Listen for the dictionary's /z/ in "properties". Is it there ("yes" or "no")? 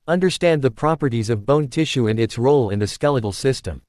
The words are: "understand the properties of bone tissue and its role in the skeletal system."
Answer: yes